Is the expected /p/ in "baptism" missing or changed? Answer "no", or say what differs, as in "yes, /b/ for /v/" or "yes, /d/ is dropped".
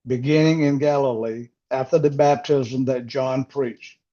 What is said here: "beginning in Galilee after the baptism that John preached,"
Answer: no